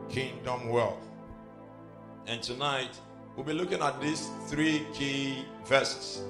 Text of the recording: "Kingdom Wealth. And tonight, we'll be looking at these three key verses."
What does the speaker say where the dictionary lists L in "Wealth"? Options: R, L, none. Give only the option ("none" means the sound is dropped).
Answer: L